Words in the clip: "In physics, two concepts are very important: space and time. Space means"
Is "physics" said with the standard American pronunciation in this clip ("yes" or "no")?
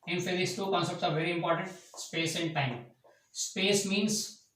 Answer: no